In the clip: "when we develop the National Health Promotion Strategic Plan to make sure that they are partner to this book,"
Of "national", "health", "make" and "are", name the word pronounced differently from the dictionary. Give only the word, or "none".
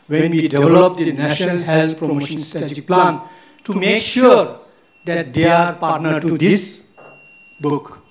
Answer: health